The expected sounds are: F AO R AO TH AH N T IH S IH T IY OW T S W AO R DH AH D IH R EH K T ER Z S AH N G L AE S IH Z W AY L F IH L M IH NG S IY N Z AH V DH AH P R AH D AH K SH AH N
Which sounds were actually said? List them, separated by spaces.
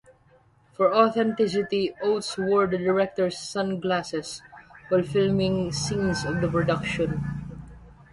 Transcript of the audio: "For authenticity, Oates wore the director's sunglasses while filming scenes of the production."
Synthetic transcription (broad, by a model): F AO R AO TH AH N T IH S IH T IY OW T S W AO R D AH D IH R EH K T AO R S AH N G L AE S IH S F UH L F IH L M IH NG S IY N S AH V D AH P R AH D AH K SH AH N